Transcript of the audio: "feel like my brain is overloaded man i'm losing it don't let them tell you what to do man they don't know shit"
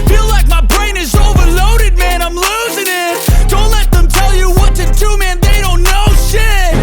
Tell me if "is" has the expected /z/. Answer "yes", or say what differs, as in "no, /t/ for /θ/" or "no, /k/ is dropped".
yes